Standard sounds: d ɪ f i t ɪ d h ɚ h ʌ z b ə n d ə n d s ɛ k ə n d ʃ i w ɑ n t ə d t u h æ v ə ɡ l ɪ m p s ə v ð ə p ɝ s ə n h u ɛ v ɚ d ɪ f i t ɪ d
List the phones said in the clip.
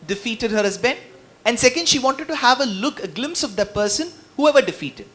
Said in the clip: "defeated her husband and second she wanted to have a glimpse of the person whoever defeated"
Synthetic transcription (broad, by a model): d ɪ f i t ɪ d h ɚ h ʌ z b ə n ə n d s ɛ k ə n d ʃ i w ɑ n t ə d t u h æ v ə ɡ l ɪ m p s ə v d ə p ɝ s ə n h u ɛ v ɚ d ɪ f i t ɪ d